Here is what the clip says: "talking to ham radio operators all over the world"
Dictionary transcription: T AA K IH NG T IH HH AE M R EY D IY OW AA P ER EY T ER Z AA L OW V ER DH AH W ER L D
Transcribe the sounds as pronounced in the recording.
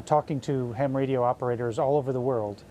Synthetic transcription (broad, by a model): T AA K IH NG T IH HH AE M R EY D IY OW AA P ER EY T ER Z AA L OW V ER DH AH W ER L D